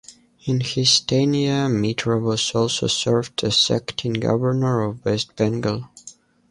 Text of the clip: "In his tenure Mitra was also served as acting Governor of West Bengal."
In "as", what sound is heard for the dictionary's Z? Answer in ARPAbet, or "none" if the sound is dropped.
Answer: S